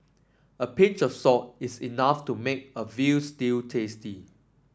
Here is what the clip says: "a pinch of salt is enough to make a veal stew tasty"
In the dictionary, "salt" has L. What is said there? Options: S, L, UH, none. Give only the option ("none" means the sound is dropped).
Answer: none